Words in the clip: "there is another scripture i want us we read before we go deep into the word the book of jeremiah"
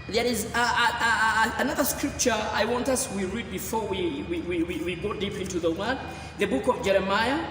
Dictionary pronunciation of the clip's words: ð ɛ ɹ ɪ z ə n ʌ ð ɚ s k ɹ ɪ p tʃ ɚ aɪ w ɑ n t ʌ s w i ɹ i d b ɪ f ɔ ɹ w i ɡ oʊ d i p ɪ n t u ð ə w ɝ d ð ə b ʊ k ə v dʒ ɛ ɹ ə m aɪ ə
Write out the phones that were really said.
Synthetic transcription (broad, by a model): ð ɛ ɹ ɪ z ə n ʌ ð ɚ s k ɹ ɪ p tʃ ɚ aɪ w ɑ n t ʌ s w i ɹ i d b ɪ f ɔ ɹ w i ɡ oʊ d i p ɪ n t u ð ə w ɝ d ð ə b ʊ k ə v dʒ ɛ ɹ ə m aɪ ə